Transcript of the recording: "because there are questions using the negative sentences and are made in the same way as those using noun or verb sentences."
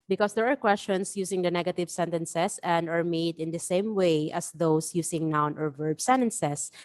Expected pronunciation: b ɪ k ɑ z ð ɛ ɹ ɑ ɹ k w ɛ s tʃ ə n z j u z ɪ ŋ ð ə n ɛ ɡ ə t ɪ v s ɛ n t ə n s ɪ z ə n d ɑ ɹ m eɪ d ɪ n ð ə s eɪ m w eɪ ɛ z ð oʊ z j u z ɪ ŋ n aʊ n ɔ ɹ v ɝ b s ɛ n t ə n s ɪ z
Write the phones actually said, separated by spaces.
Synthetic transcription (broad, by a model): b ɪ k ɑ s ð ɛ ɹ ɑ ɹ k w ɛ s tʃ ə n s j u s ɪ ŋ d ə n ɛ ɡ ə t ɪ v s ɛ n t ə n s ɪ s ə n d ɑ ɹ m eɪ d ɪ n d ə s eɪ m w eɪ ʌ s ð oʊ s j u s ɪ ŋ n aʊ n ɔ ɹ v ɝ b s ɛ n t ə n s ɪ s